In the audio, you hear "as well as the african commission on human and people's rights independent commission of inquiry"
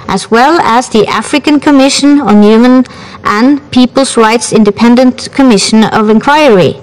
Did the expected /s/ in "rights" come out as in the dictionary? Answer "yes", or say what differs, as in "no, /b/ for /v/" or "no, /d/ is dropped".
yes